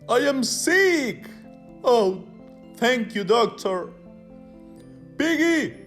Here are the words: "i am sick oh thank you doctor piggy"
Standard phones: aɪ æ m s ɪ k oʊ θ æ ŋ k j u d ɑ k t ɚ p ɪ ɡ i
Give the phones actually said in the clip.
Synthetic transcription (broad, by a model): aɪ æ m s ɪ k oʊ t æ ŋ k j u d ɑ k t ɚ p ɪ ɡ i